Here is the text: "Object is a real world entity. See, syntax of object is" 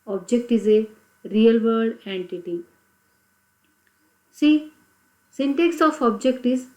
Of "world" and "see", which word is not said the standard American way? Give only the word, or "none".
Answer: world